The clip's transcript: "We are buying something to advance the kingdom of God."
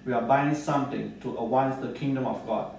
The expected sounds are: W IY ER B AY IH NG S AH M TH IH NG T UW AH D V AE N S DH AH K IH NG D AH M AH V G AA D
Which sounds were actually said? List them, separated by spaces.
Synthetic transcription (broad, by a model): W IY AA B AY IH NG S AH M T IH NG T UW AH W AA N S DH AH K IH NG D AH M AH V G AA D